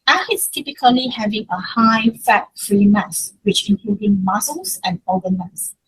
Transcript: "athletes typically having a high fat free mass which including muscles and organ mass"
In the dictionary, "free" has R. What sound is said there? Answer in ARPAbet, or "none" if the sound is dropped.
R